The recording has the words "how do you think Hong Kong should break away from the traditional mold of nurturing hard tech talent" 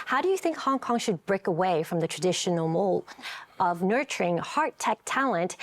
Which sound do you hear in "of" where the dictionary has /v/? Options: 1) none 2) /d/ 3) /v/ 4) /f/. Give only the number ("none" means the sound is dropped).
3